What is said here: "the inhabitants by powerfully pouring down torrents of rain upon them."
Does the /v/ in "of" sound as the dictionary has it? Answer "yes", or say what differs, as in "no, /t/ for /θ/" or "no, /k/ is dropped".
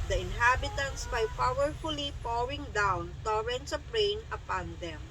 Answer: no, /p/ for /v/